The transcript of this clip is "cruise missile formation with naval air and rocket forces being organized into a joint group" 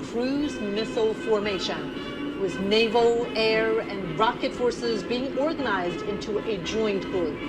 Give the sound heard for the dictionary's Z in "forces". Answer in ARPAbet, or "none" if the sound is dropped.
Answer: Z